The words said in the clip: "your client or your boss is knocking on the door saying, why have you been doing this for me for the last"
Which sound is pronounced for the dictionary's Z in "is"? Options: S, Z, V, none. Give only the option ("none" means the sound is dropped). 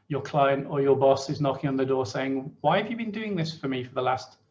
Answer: Z